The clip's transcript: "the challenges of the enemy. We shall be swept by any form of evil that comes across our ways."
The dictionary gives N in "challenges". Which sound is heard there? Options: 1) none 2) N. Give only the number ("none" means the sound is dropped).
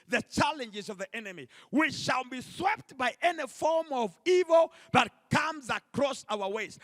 2